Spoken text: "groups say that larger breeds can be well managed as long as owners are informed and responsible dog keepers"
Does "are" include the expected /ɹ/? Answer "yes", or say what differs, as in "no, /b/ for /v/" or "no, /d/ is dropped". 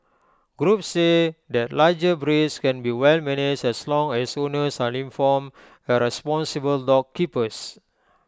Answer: no, /l/ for /ɹ/